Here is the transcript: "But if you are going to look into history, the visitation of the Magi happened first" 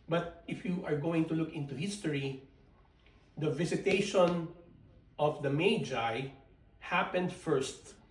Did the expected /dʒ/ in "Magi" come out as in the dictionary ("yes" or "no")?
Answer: yes